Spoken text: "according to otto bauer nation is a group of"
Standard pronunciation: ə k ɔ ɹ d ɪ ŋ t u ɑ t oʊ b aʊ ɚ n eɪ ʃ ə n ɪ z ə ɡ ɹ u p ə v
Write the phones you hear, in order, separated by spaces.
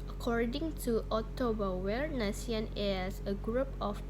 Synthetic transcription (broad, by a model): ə k ɔ ɹ d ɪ ŋ t u ɑ t oʊ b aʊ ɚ n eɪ s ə n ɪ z ə ɡ ɹ u p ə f